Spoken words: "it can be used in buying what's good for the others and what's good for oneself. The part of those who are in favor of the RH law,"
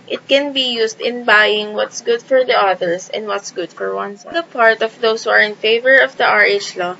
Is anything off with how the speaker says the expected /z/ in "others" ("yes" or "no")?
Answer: yes